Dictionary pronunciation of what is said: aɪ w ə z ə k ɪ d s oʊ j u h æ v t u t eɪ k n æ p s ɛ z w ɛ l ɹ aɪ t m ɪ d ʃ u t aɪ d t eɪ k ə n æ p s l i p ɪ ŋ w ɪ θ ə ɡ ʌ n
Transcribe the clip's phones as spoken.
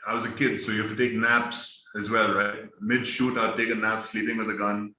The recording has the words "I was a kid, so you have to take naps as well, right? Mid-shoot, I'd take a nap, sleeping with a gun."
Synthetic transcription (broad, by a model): aɪ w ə z ə k ɪ d s oʊ j u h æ f t u t eɪ k n æ p s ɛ z w ɛ l ɹ aɪ t m ɪ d ʃ u t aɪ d t eɪ k ə n æ p s l i p ɪ ŋ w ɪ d ə ɡ ʌ n